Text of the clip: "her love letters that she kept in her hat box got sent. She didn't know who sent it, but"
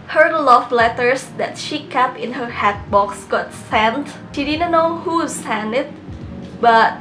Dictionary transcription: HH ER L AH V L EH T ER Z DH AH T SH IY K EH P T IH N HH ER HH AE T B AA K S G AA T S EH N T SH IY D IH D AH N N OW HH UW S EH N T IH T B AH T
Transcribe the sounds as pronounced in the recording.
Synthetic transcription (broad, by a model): HH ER L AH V L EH T ER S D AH T SH IY K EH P IH N HH ER HH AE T B AA K S G AA T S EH N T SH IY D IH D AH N N OW HH UW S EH N IH T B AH T